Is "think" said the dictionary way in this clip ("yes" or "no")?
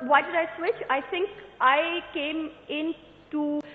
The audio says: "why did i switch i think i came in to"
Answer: no